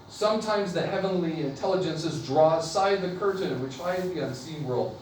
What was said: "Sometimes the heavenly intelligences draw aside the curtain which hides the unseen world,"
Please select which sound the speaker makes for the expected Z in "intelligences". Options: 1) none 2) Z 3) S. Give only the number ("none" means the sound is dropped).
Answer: 2